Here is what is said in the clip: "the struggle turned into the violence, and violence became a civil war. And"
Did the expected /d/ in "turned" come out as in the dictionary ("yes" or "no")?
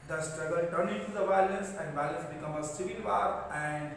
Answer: no